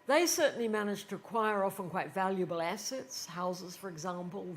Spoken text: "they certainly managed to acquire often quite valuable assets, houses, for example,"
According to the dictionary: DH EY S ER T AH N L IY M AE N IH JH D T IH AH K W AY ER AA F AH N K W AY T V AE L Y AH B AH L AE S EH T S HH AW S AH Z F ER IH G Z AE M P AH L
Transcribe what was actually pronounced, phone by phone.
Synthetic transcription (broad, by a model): DH EY S ER T N L IY M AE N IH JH T IH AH K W AY ER AA F AH N K W AY T V AE L Y AH B AH L AE S EH T S HH AW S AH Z F ER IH G Z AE M P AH L